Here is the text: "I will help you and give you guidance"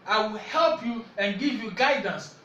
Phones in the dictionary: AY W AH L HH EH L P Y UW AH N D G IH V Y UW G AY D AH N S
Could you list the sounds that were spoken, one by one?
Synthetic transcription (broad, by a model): AY W AH L HH EH L P Y UW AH N G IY V Y UW G AY D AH N S